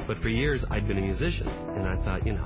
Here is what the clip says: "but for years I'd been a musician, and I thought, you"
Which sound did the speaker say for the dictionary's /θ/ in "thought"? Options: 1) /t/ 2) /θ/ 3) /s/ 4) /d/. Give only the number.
2